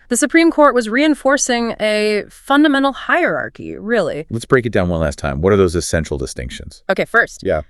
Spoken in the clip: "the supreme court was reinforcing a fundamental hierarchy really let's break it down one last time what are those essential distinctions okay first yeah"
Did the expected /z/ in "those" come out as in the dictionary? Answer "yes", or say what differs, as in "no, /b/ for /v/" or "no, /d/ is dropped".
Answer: yes